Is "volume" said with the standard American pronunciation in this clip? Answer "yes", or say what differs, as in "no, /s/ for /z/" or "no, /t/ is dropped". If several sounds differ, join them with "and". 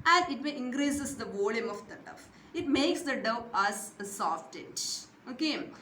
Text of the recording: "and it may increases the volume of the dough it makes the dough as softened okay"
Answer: yes